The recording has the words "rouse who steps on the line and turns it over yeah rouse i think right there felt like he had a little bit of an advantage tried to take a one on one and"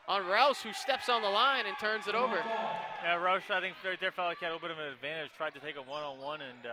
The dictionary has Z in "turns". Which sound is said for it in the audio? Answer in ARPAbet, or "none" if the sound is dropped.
Z